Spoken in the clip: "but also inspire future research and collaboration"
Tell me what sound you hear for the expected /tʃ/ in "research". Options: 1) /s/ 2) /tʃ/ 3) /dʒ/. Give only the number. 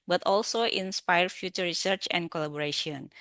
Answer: 2